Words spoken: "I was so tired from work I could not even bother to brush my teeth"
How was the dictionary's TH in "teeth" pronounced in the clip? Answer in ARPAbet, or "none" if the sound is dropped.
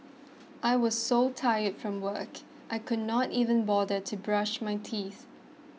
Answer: TH